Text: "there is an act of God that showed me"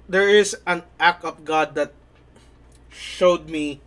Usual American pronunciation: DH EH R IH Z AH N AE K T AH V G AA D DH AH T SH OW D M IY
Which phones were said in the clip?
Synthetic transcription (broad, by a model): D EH R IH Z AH N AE K AH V G AA D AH T SH OW D M IY